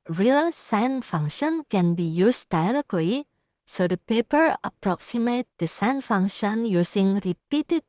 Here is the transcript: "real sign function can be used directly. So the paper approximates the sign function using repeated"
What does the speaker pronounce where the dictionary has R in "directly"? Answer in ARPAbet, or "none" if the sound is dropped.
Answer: R